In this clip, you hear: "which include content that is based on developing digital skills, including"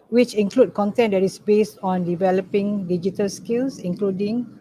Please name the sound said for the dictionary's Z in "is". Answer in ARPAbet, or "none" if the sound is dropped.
S